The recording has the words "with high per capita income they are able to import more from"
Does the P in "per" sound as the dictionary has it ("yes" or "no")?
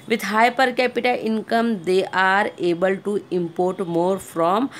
yes